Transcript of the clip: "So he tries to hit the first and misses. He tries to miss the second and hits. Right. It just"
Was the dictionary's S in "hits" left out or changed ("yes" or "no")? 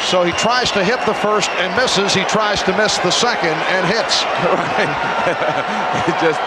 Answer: no